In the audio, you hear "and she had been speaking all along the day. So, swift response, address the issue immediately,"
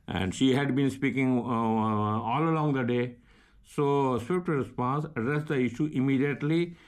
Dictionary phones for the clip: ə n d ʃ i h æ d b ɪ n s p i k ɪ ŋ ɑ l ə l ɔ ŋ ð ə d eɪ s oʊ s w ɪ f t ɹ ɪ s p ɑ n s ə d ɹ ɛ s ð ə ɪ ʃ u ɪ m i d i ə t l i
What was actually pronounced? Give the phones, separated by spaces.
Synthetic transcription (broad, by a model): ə n d ʃ i h æ d b ɪ n s p i k ɪ ŋ ɑ l ə l ɔ ŋ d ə d eɪ s oʊ s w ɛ p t ɹ ɪ s p ɑ n s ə d ɹ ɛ s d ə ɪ ʃ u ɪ m i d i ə t l i